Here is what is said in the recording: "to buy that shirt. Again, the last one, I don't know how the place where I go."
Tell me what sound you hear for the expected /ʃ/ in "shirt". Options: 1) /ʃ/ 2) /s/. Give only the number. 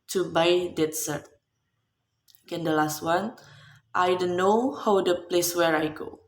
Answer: 2